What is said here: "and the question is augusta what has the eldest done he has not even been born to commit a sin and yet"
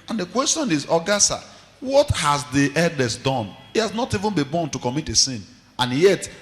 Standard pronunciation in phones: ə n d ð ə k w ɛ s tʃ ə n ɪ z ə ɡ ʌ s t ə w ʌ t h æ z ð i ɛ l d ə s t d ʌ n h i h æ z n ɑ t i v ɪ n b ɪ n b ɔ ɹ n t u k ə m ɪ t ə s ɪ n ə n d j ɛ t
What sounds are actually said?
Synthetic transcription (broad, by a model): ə n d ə k w ɛ s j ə n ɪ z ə ɡ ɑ s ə w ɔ t h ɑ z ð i ɛ l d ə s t d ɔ n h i h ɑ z n ɑ t i v ɪ n b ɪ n b ɔ n t u k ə m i t ə s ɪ n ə n j ɛ t